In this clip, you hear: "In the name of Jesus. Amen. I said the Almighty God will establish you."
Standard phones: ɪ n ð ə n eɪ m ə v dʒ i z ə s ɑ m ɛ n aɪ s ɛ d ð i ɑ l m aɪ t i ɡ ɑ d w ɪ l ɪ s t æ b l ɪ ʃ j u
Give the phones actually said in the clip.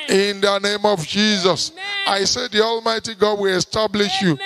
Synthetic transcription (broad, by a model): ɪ n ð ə n eɪ m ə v dʒ i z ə s ɑ ɪ s ɛ d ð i ɑ l m aɪ t i ɡ ɑ d w ɪ l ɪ s t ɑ b l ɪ ʃ j u